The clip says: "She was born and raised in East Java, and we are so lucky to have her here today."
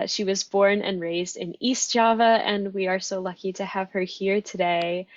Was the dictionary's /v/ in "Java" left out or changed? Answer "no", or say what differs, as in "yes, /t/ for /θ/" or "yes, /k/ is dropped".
no